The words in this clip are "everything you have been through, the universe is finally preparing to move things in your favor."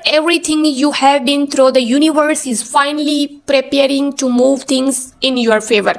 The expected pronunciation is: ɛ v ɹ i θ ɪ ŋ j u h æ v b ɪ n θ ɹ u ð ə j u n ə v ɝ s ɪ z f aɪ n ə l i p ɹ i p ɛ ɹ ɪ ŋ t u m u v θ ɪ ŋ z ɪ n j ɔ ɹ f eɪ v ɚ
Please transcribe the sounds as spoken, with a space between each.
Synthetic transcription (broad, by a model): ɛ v ɹ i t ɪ ŋ j u h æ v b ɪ n t ɹ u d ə j u n ə v ɝ s ɪ z f aɪ n ə l i p ɹ i p ɛ ɹ ɪ ŋ t u m u v t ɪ ŋ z ɪ n j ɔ ɹ f eɪ v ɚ